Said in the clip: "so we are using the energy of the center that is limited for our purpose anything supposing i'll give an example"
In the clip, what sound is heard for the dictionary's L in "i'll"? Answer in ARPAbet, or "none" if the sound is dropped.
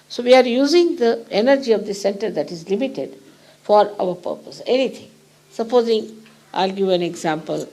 L